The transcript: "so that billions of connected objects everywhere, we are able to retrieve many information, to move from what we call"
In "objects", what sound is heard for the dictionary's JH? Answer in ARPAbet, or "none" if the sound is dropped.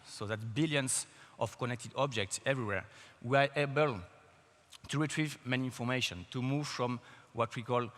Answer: JH